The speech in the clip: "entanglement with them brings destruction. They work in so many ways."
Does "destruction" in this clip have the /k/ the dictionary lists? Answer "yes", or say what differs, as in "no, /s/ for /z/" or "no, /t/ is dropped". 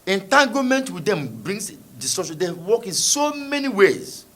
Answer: no, /k/ is dropped